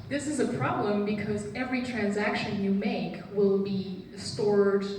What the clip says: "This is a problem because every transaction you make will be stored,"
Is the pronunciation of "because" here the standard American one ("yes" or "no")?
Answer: yes